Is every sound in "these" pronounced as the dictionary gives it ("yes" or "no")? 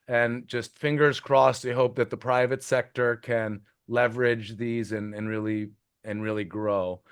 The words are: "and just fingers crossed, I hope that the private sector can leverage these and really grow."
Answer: yes